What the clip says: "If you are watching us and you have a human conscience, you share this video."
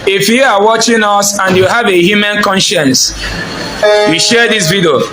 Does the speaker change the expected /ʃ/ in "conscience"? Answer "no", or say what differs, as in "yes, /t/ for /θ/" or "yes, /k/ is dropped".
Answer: no